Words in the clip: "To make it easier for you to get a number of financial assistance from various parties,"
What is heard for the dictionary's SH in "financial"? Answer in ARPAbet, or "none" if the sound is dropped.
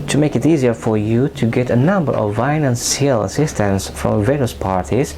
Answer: S